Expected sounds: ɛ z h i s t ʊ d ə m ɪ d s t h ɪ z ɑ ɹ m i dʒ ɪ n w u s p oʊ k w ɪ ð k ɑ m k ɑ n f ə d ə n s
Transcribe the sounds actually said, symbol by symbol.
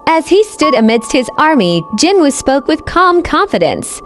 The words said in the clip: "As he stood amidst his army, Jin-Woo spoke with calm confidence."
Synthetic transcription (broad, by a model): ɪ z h i s t ʊ d ə m ɪ d s t h ɪ z ɑ ɹ m i dʒ ɪ n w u s p oʊ k w ɪ ð k ɑ m k ɑ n f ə d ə n s